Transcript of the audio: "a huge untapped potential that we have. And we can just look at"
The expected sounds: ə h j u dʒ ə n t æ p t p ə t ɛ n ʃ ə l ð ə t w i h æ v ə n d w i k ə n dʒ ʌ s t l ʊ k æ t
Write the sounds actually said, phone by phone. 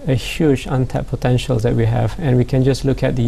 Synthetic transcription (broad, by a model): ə h j u dʒ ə n t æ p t p ə t ɛ n ʃ ə l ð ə t w i h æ v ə n w i k ə n dʒ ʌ s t l ʊ k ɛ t